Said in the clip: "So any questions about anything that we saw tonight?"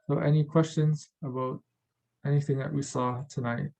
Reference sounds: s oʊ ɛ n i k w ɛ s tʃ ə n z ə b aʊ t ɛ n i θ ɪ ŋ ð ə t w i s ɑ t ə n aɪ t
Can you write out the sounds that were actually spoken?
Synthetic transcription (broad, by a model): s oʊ ɛ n i k w ɛ s tʃ ə n z ə b aʊ t ɛ n i θ ɪ ŋ ð ə t w i s ɑ t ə n aɪ t